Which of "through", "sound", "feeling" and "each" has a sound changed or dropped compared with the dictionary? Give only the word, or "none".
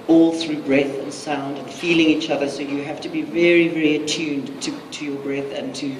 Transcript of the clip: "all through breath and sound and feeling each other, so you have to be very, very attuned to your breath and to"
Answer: none